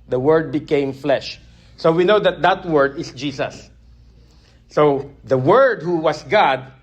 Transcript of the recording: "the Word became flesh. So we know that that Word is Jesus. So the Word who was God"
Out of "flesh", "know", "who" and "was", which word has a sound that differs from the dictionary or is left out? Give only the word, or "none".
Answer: was